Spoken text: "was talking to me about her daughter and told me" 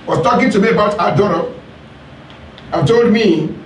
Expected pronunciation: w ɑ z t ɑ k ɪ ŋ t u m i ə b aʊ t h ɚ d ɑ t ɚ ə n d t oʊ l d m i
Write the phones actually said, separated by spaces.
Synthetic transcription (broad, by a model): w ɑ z t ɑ k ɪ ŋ t u m i ə b aʊ t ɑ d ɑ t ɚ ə t oʊ l d m i